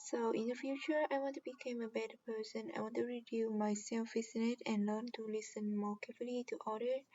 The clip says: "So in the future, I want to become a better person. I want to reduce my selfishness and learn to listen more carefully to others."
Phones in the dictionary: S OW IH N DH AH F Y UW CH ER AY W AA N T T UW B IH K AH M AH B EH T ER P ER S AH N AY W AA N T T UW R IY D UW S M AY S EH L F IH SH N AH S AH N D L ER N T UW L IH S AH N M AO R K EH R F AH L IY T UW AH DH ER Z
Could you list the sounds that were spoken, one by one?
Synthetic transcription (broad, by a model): S OW IH N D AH F Y UW CH ER AY W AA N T T UW B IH K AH M AH B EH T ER P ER S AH N AY W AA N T T UW R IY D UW M AY S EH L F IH S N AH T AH N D L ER N T UW L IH S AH N M AO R K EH F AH L IY T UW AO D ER